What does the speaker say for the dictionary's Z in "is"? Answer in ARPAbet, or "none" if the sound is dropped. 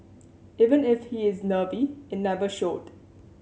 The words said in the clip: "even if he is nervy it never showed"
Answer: Z